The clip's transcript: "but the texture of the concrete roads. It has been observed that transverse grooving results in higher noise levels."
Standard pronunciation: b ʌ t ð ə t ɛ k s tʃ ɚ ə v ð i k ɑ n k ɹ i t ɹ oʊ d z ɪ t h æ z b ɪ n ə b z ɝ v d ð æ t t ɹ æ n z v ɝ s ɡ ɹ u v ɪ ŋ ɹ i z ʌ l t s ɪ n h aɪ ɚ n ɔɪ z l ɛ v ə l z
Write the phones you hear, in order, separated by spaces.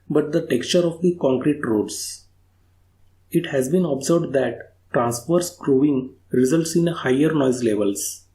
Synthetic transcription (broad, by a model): b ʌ t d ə t ɛ k s tʃ ɚ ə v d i k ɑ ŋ k ɹ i t ɹ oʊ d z ɪ t h æ z b ɪ n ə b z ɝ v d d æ t t ɹ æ n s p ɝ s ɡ ɹ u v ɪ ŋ ɹ i z ʌ l t s ɪ n h aɪ ɚ n ɔɪ z l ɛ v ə l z